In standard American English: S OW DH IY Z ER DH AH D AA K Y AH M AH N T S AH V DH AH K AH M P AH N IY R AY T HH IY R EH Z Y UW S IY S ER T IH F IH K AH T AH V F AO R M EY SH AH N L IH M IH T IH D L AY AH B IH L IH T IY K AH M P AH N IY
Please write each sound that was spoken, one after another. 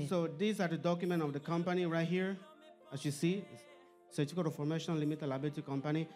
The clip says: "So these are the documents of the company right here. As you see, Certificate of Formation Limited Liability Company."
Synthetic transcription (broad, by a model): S OW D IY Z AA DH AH D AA K Y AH M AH N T AH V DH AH K AH M P AH N IY R AY T HH IY R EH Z Y UW S IY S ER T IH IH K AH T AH F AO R M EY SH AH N L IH M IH T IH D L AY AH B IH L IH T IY K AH M P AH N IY